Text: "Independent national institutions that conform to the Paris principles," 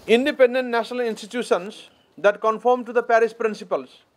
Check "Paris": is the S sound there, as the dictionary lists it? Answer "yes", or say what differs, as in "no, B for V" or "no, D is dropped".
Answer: no, SH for S